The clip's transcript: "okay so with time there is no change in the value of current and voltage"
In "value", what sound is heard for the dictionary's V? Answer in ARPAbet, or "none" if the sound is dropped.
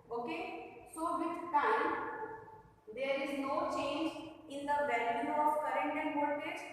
B